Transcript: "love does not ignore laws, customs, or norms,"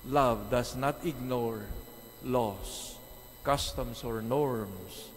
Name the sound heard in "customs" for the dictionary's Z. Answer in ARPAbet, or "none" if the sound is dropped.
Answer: S